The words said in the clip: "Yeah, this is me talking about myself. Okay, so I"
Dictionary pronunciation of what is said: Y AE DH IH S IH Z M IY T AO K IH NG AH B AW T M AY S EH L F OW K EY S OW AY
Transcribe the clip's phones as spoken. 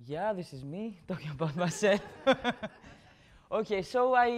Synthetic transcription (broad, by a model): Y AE DH IH S IH Z M IY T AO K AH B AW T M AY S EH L OW K EY S OW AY